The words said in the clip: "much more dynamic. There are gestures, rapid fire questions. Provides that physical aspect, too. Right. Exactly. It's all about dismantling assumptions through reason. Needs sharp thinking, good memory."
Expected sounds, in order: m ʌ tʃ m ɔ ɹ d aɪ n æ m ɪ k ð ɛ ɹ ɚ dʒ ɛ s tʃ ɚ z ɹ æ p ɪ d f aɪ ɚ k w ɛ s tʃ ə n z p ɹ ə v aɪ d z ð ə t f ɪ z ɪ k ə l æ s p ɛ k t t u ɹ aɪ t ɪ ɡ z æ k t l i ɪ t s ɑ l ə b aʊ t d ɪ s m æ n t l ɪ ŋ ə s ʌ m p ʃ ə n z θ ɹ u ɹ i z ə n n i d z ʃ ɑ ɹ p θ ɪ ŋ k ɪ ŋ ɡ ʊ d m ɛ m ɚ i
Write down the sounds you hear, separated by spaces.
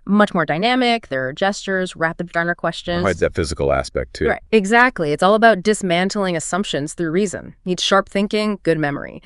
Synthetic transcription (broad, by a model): m ʌ tʃ m ɔ ɹ d aɪ n æ m ɪ k ð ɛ ɹ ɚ dʒ ɛ s tʃ ɚ z ɹ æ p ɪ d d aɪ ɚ k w ɛ s tʃ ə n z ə ɪ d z ð ə t f ɪ z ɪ k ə l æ s p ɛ k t t u ɹ aɪ t ɪ ɡ z æ k t l i ɪ t s ɑ l ə b aʊ t d ɪ s m æ n t l ɪ ŋ ə s ʌ m p ʃ ə n z θ ɹ u ɹ i z ə n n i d ʃ ɑ ɹ p θ ɪ ŋ k ɪ ŋ ɡ ʊ d m ɛ m ɚ i